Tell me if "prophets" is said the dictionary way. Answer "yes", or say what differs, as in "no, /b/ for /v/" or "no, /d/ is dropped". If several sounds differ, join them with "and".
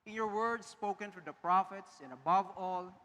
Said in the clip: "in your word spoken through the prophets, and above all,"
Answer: yes